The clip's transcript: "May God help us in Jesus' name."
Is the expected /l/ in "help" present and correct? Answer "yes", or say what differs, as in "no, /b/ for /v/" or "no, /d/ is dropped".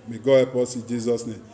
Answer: no, /l/ is dropped